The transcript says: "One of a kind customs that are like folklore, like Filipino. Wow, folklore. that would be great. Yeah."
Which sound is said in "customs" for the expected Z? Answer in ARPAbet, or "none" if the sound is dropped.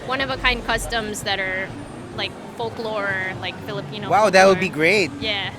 Z